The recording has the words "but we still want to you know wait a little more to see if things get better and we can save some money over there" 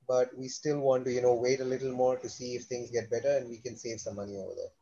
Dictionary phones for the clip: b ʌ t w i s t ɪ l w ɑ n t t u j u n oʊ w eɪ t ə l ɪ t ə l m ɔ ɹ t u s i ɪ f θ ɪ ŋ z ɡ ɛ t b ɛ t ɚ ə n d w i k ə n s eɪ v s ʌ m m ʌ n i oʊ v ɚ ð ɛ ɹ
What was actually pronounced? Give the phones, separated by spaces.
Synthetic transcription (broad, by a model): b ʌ t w i s t ɪ l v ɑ n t t u j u n oʊ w eɪ t ə l ɪ t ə l m ɔ ɹ t u s i ɪ f t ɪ ŋ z ɡ ɛ t b ɛ t ɚ ə n d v i k ə n s eɪ v s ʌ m m ʌ n i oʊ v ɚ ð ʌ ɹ